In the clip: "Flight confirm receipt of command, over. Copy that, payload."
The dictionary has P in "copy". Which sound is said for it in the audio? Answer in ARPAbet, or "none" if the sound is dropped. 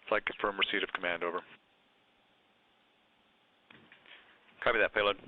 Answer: B